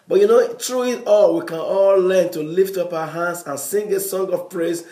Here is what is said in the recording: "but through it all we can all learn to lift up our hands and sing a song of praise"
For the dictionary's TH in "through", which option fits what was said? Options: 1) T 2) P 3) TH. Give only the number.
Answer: 1